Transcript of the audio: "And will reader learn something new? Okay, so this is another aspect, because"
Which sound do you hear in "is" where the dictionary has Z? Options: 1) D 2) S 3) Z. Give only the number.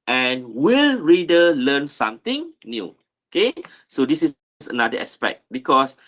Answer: 2